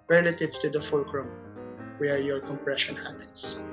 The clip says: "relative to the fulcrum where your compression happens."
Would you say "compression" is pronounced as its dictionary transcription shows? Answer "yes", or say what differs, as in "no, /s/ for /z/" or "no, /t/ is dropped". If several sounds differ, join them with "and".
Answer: yes